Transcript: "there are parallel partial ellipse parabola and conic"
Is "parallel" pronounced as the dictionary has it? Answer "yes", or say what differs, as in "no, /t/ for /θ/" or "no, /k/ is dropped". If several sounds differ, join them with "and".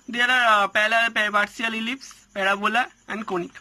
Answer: no, /l/ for /ɹ/